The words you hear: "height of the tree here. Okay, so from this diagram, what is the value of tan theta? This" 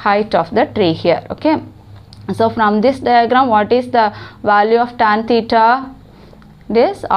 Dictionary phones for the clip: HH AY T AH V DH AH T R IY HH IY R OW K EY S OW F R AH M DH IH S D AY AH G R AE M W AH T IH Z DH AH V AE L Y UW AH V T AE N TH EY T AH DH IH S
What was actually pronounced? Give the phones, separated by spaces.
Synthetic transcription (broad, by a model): HH AY T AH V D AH T R IY HH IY R OW K EY S OW F R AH M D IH S D AY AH G R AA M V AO T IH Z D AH V AE L Y UW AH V T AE N T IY T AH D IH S